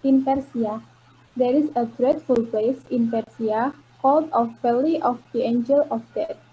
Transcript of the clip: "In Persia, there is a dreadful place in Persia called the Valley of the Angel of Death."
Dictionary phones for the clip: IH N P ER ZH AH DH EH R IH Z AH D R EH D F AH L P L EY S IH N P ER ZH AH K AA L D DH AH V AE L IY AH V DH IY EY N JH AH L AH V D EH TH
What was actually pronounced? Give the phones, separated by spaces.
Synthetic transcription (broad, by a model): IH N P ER S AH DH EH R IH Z AH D R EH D F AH L P L EY S IH N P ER S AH K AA L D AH F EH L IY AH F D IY EY N JH AH L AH F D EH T